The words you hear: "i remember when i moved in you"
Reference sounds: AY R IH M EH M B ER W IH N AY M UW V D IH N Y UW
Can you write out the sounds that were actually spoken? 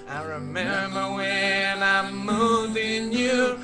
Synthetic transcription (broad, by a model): AY R IH M EH M B ER W IH N AY M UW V IH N Y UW